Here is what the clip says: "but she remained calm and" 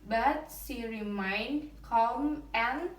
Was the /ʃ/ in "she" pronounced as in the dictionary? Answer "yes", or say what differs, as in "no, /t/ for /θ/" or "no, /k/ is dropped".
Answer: no, /s/ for /ʃ/